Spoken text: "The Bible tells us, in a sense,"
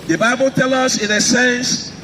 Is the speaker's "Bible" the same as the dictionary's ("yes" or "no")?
yes